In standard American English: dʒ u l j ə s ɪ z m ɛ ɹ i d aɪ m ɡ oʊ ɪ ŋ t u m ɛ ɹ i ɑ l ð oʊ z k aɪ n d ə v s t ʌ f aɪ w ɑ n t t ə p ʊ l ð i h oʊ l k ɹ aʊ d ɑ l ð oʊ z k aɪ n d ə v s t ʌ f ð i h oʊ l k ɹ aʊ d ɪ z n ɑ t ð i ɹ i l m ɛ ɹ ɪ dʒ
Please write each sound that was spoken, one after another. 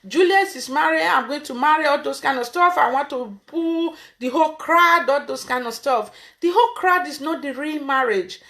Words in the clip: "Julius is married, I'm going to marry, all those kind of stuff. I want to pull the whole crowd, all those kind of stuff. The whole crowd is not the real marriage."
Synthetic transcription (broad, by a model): dʒ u l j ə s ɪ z m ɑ ɹ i aɪ m ɡ oʊ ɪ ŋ t u m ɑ ɹ i ɑ l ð oʊ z k aɪ n d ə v s t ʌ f aɪ w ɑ n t t ə b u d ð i h oʊ l k ɹ aʊ d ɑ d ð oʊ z k aɪ n d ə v s t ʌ f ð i h oʊ l k ɹ aʊ d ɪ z n ɑ t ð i ɹ i l m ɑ ɹ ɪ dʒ